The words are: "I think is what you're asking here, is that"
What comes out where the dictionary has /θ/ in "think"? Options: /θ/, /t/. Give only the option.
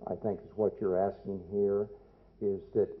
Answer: /θ/